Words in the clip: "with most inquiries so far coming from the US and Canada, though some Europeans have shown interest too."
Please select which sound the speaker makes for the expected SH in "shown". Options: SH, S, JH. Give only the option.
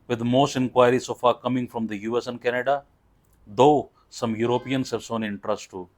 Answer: S